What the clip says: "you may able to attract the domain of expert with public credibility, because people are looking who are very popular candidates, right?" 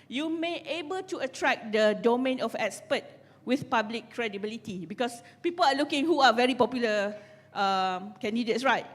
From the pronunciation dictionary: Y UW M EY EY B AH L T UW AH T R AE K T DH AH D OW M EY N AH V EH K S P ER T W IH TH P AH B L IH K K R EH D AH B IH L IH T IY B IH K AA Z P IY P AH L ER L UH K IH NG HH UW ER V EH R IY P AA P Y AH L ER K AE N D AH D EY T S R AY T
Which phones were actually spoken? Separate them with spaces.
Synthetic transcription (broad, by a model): Y UW M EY EY B AH L T UW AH T R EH K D AH D OW M EY N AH F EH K S P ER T W IH TH P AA B L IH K K R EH D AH B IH L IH T IY B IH K AA S P IY P AH L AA L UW K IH NG HH UW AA V EH R IY P AA P Y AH L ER K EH N D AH D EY T S R AY T